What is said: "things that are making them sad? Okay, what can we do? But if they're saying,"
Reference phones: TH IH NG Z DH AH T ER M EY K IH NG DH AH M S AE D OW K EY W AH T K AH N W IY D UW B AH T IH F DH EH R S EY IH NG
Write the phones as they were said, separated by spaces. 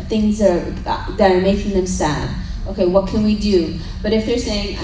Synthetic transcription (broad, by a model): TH IH NG Z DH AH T ER M EY K IH NG DH AH M S AE D OW K EY W AH T K AH N W IY D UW B AH T IH F DH EH R S EY IH NG